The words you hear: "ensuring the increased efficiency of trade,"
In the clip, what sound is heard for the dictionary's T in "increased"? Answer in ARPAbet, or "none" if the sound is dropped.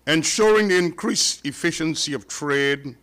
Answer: none